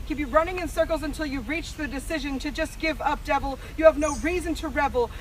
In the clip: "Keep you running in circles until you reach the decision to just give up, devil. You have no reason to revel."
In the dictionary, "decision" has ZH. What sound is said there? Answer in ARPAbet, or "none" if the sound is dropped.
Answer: ZH